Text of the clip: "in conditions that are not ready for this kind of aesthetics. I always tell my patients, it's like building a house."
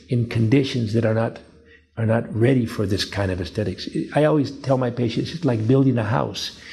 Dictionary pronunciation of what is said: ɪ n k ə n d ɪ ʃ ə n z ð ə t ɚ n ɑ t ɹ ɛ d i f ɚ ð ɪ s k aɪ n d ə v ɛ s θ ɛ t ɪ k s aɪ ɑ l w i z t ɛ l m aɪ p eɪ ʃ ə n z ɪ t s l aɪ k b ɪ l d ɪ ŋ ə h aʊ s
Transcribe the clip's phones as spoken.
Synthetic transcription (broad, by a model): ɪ n k ə n d ɪ ʃ ə n z ð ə t ɚ n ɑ t ɹ ɛ d i f ɚ ð ɪ s k aɪ n d ə v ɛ s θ ɛ t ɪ k s aɪ ɑ l w i z t ɛ l m aɪ p eɪ ʃ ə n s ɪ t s l aɪ k b ɪ l d ɪ ŋ ə h aʊ s